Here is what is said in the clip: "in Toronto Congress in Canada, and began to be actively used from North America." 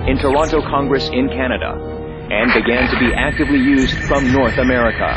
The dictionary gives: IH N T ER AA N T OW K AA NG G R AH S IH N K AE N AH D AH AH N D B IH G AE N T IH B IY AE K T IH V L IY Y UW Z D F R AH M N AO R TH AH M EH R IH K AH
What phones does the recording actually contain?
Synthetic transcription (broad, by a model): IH N T ER AA N T OW K AA NG G R AH S IH N K AE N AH D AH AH N B IH G AE N T IH B IY AE K T IH V L IY Y UW Z D F R AH M N AO R TH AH M EH R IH K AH